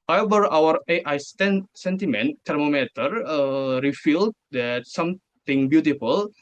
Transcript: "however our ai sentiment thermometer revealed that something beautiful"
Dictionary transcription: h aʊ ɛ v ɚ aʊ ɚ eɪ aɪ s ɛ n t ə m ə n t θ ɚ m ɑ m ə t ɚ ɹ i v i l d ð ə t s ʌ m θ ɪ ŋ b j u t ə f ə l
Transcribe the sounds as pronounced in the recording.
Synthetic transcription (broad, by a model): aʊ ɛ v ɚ aʊ ɚ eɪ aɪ s ɛ n t ə m ə n t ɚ m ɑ m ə t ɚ ɹ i f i l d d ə t s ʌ m t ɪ ŋ b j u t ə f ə l